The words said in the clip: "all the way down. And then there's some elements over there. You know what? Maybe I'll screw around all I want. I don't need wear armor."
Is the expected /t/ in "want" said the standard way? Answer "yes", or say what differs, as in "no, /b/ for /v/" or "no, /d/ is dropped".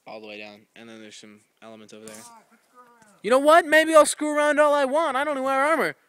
yes